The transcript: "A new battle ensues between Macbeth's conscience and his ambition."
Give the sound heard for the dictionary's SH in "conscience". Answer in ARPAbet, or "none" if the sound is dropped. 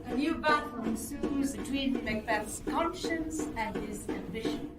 SH